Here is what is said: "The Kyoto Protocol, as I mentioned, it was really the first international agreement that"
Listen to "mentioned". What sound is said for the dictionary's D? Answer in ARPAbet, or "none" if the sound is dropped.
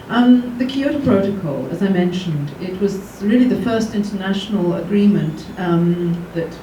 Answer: D